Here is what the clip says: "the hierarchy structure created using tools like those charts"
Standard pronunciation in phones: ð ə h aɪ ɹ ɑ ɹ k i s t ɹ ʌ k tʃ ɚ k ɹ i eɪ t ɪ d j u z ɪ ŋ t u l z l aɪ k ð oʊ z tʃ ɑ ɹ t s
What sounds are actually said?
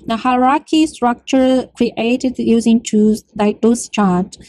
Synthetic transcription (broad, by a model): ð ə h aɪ ɹ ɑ k i s t ɹ ʌ k tʃ ɚ k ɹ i eɪ t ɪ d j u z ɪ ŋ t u z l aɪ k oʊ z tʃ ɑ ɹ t